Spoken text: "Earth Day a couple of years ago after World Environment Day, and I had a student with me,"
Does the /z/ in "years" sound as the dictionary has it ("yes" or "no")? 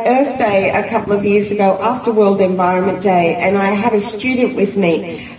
yes